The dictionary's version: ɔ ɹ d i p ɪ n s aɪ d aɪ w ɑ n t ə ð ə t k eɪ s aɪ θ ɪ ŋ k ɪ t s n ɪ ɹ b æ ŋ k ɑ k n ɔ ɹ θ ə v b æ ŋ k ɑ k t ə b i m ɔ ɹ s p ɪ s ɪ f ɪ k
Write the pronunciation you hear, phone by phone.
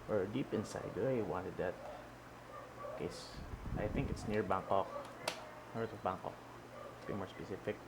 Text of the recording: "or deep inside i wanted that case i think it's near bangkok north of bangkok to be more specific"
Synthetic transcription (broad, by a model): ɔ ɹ d i p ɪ n s aɪ d aɪ w ɑ n t ə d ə t k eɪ s aɪ θ ɪ ŋ k ɪ t s n ɪ ɹ b æ ŋ k ɑ k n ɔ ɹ t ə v b æ ŋ k ɑ k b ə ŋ m ɔ ɹ s p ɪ s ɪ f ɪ k